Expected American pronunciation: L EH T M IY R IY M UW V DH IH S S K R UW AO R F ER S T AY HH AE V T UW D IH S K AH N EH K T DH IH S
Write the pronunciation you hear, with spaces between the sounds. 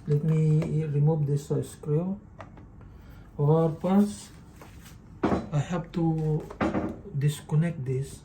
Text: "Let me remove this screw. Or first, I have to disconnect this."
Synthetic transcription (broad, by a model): L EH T M IY R IY M UW V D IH S S K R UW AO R P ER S AY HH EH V T UW D IH S K AH N EH K T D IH S